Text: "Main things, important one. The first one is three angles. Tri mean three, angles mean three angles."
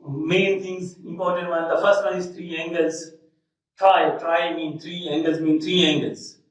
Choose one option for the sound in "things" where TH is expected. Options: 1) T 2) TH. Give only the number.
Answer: 1